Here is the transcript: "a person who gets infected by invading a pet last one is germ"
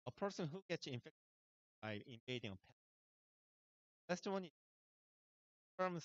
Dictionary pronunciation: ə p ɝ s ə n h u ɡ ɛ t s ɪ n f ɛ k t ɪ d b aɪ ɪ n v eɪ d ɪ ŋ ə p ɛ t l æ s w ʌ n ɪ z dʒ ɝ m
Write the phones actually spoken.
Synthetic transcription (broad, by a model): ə p ɝ s ə n h u ɡ ɛ t s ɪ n f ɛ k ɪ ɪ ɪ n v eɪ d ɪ ŋ ə p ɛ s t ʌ w ʌ n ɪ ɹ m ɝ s